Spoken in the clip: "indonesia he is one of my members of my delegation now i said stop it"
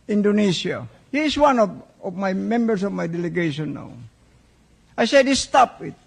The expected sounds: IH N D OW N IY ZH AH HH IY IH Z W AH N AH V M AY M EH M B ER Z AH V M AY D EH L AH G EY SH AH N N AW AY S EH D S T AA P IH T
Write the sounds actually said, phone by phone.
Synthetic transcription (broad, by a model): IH N D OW N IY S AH HH IY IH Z W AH N AH V M AY M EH M B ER S AH V M AY D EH L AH G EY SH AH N N AW AY S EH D S T AA P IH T